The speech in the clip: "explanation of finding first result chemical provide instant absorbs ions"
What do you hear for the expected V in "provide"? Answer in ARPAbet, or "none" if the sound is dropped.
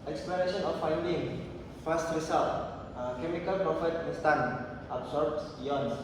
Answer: F